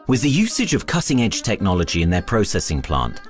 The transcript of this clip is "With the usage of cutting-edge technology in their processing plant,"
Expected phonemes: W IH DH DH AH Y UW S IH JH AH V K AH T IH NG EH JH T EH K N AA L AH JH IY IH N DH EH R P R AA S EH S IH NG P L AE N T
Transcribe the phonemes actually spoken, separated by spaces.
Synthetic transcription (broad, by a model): W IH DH DH AH Y UW S IH JH AH V K AH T IH NG EH JH T EH K N AA L AH JH IY IH N DH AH P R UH S EH S IH NG P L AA N T